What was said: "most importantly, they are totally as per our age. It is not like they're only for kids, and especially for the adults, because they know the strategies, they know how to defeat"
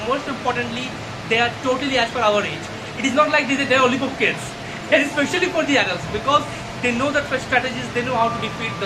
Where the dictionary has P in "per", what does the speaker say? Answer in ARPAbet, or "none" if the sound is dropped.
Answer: F